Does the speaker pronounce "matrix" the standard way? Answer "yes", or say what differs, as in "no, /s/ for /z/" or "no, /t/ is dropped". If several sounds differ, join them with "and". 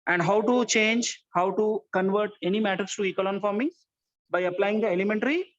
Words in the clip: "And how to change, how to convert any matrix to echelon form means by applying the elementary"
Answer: no, /ɹ/ is dropped